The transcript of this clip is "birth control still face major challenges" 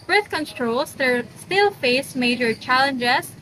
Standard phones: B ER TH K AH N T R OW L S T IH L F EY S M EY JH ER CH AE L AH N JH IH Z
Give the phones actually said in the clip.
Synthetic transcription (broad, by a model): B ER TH K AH N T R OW L S T IH L F EY S M EY JH ER CH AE L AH N JH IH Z